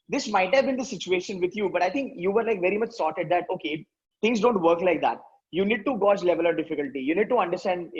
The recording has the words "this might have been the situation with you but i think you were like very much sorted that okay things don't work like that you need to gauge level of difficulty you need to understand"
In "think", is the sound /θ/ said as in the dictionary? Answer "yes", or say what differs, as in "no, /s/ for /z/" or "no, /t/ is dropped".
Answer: no, /t/ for /θ/